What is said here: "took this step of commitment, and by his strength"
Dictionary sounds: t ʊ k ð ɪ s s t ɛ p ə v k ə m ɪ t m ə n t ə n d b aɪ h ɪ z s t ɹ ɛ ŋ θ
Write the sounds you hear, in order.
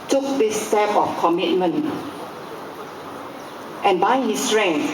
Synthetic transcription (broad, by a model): t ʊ k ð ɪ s s t ɛ p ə f k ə m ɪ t m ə n t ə n b aɪ h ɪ s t ɹ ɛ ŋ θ